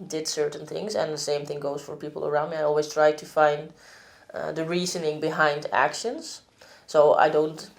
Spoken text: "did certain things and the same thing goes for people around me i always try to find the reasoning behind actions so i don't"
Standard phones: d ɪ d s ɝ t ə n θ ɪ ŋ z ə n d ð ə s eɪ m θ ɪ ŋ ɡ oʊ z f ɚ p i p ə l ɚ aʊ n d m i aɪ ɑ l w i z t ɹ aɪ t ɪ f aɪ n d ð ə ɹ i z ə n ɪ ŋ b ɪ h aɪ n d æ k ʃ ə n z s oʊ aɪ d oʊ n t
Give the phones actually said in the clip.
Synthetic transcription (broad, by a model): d ɪ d s ɝ t n θ ɪ ŋ z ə n ð ə s eɪ m θ ɪ ŋ ɡ oʊ z f ɚ p i p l ɚ aʊ n d m i aɪ ɑ l w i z t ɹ aɪ t ɪ f aɪ n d ð ə ɹ i z ə n ɪ ŋ b ɪ h aɪ n d æ k ʃ ə n z s oʊ aɪ d oʊ n t